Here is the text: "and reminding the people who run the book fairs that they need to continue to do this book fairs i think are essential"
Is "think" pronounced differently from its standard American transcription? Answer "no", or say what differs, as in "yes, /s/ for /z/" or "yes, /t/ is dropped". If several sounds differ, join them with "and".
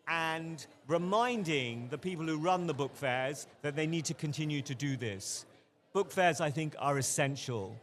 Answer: no